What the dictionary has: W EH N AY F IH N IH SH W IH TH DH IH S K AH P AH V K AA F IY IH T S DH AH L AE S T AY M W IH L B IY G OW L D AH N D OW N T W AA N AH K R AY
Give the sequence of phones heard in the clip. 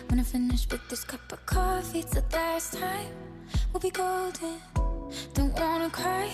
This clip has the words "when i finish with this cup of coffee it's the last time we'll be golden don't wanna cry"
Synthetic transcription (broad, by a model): W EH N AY F IH N IH SH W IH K DH IH S K AH P AH V K AA F IY IH T S DH AH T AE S T AY M W IH L B IY G OW L D AH N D OW N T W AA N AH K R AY